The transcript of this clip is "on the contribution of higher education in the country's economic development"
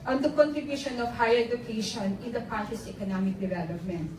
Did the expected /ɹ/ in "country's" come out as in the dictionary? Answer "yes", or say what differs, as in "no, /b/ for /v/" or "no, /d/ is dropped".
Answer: no, /ɹ/ is dropped